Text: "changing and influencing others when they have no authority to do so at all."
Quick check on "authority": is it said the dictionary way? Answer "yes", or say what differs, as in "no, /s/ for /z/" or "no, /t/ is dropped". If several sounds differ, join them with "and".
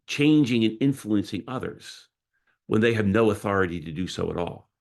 yes